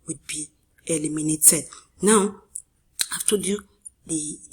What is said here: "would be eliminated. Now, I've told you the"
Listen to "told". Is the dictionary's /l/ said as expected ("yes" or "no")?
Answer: no